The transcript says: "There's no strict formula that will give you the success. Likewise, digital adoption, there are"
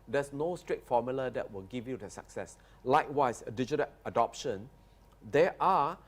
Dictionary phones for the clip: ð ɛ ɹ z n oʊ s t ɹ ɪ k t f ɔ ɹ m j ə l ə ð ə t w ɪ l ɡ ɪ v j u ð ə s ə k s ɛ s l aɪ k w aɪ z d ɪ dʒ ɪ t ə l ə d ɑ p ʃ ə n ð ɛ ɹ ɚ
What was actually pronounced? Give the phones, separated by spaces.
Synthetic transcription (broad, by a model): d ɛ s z n oʊ s t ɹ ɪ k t f ɔ m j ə l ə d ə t w ɪ l ɡ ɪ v j u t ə s ə k s ɛ s l aɪ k w aɪ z d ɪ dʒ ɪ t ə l ə d ɑ p ʃ ə n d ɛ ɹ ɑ